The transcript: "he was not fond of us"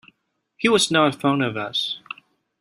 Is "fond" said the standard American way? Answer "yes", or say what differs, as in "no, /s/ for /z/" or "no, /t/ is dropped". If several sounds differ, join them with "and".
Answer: no, /d/ is dropped